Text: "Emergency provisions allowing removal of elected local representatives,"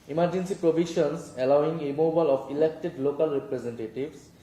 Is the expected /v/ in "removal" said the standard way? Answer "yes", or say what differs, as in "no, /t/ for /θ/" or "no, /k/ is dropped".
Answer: no, /b/ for /v/